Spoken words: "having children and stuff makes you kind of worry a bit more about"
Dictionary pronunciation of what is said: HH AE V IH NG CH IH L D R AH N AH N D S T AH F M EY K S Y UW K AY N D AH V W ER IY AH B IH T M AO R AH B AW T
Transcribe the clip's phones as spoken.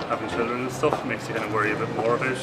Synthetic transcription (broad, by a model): HH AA V IH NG CH IH L D R AH N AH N S T AH F M EY K S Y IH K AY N AH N W ER IY AH B IH T M AO R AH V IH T